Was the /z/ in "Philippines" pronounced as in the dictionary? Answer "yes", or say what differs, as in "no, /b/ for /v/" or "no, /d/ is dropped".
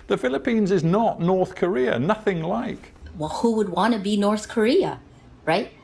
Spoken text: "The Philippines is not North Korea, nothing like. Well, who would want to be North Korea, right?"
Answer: yes